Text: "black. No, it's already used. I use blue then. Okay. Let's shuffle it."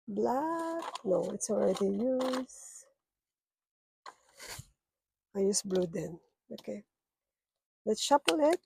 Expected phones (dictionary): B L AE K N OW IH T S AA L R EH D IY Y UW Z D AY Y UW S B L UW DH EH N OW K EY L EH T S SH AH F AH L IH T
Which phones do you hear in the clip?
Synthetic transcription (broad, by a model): B L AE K N OW IH T S AA L R EH D IY Y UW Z AY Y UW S B L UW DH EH N OW K EY L EH T S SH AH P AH L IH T